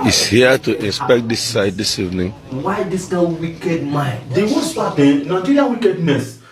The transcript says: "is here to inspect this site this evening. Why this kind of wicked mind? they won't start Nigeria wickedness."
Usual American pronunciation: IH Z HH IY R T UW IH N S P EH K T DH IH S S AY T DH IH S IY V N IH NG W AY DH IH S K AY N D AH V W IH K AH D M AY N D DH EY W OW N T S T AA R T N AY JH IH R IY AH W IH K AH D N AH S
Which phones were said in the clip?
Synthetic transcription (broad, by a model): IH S HH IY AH T UW IH N S P EH K T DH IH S S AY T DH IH S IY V N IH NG W AY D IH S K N AH W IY K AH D M AY N D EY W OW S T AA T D N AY JH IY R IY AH W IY K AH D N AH S